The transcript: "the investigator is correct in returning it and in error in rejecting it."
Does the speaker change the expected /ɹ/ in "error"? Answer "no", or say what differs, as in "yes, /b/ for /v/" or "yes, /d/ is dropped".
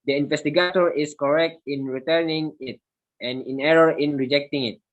no